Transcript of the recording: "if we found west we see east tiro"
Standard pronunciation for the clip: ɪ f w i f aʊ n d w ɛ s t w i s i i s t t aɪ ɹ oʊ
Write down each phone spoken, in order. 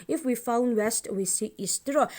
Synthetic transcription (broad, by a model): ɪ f w i f aʊ n d w ɛ s t w i s i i s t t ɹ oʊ